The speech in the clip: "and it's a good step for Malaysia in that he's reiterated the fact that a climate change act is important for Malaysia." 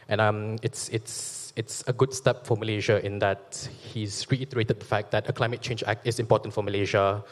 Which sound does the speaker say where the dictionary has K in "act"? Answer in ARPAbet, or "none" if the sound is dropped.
K